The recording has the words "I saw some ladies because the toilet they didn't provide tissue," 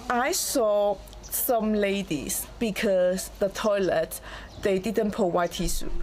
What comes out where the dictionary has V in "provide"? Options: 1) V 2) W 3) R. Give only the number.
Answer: 2